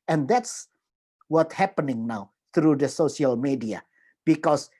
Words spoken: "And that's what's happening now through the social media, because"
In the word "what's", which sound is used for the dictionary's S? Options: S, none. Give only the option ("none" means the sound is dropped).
none